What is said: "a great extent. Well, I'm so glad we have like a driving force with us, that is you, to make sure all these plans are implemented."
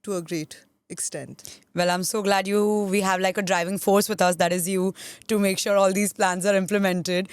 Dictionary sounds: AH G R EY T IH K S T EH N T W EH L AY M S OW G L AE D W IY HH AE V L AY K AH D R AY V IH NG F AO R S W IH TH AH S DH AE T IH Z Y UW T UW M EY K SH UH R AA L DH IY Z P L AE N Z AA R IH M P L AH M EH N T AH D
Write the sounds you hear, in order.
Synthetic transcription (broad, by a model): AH G R EY T IH K S T EH N T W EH L AY M S OW G L AE D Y IY HH AE V L AY K AH D R AY V IH NG F AO R S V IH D AH S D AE T IH Z Y UW T UW M EY K SH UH R AA L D IY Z P L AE N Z AA R IH M P L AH M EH N T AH D